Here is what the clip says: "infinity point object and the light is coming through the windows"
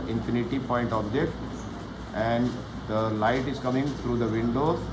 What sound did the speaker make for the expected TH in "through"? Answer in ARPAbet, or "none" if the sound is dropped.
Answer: T